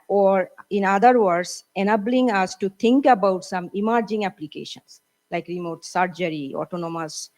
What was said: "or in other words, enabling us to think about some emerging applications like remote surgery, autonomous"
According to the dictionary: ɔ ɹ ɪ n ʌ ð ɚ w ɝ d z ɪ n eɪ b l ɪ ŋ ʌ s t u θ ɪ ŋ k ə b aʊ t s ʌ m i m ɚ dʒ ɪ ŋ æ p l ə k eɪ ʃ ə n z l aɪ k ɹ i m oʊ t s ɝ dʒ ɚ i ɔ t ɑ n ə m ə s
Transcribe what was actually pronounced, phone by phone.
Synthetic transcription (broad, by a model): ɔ ɹ ɪ n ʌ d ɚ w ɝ d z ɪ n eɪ b l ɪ ŋ ʌ s t u t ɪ ŋ k ə b aʊ t s ʌ m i m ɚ dʒ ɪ ŋ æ p l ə k eɪ ʃ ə n s l aɪ k ɹ i m oʊ t s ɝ dʒ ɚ i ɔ t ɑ n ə m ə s